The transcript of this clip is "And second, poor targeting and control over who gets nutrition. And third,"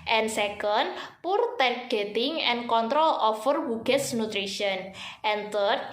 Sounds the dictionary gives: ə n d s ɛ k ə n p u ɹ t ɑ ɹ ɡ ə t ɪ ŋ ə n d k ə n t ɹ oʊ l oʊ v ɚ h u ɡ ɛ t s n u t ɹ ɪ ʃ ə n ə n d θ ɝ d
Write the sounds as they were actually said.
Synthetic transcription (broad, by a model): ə n s ɛ k ə n p u ɹ t ɑ ɹ ɡ ə t ɪ ŋ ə n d k ə n t ɹ oʊ l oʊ f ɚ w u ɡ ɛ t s n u t ɹ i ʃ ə n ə n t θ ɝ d